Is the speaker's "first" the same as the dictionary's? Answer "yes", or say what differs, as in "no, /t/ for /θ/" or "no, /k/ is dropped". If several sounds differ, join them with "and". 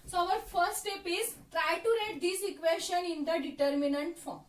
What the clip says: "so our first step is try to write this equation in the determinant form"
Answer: no, /s/ is dropped